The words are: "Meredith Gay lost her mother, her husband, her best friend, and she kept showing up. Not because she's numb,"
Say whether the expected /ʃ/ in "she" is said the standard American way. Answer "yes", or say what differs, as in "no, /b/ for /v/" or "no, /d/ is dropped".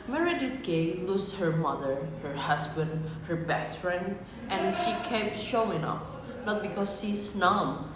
yes